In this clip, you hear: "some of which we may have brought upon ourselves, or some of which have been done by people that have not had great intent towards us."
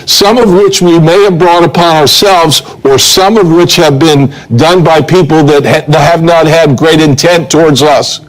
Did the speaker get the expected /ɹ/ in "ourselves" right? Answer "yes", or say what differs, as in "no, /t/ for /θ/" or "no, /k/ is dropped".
yes